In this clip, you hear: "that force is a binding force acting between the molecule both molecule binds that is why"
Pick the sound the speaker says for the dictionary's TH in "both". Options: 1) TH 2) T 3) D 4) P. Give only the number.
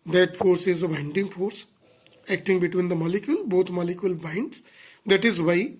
2